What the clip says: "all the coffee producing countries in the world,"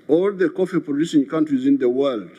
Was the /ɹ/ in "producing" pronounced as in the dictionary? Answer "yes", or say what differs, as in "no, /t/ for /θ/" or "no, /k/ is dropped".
no, /ɹ/ is dropped